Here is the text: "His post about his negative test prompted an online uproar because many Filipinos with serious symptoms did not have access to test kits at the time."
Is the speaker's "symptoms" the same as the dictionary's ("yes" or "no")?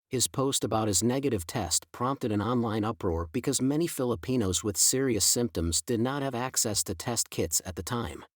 yes